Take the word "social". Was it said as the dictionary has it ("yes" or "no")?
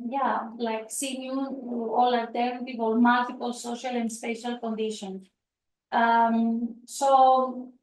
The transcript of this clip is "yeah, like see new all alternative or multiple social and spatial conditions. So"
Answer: yes